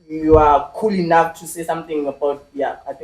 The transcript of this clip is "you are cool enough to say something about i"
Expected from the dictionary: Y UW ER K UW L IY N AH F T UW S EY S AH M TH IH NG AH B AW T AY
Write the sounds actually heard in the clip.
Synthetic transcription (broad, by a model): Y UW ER K UW L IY N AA F T UW S EY S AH M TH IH NG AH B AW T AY